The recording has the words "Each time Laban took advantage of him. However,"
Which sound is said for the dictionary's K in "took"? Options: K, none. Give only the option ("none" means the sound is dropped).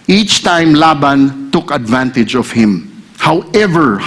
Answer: K